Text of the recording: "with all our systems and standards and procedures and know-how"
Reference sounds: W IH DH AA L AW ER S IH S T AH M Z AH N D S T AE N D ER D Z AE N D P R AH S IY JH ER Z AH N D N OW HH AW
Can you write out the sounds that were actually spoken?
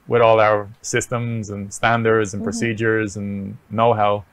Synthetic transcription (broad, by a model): W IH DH AA L AW ER S IH S T AH M Z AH N S T AE N D ER D Z N P R AH S IY JH ER Z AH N N OW HH AW